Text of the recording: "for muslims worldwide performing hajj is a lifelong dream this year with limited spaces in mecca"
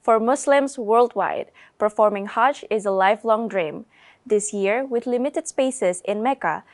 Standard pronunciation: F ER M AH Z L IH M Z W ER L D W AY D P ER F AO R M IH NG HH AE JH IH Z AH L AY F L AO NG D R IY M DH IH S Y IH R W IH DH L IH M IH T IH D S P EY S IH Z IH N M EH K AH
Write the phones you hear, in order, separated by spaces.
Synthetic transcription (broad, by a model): F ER M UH S L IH M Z W ER L D W AY D P ER F AO R M IH NG HH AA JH IH Z AH L AY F L AO NG D R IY M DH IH S Y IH R W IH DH L IH M IH T IH D S P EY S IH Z IH N M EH K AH